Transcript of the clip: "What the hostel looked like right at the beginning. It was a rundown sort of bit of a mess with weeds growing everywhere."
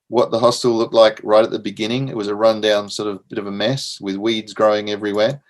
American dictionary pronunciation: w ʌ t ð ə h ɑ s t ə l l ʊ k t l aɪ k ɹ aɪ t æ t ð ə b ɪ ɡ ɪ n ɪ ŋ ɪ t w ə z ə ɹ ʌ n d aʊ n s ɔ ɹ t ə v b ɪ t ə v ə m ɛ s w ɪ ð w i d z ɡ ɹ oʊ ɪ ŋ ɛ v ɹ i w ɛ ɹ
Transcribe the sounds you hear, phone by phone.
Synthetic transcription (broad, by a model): w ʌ t ð ə h ɑ s t ə l l ʊ k t l aɪ k ɹ aɪ t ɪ t ð ə b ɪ ɡ ɪ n ɪ ŋ ɪ t w ə z ə ɹ ʌ n d aʊ n s ɔ ɹ t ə v b ɪ t ə v ə m ɛ s w ɪ ð w i d z ɡ ɹ oʊ ɪ ŋ ɛ v ɹ i w ɛ ɹ